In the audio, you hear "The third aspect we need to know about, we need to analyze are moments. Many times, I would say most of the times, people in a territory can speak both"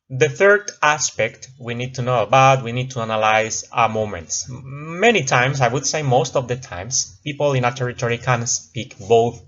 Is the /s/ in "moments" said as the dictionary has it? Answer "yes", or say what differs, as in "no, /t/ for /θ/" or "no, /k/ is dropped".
yes